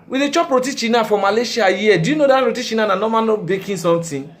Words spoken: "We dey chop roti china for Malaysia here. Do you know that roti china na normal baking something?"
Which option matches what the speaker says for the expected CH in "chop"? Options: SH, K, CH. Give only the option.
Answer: CH